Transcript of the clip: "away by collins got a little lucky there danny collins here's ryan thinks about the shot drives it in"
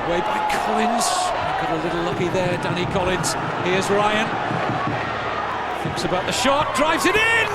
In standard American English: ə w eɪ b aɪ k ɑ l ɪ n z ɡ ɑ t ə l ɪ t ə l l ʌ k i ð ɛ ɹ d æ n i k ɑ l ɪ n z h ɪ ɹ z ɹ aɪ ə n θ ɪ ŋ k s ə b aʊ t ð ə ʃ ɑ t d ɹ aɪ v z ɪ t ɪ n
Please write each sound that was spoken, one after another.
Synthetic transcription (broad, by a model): w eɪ b aɪ k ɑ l ɪ n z ɡ ɑ t ə l ɪ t l l ʌ k i ð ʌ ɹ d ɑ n i k ɑ l ɪ n z h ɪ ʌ z ɹ aɪ ə n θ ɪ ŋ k s ə b aʊ t ð ə ʃ ɑ t d ɹ aɪ v z ɪ t ɪ n